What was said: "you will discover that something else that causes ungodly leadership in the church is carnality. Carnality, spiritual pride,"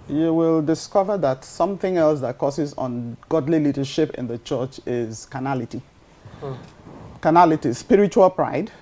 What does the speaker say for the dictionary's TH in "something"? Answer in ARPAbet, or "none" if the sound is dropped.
TH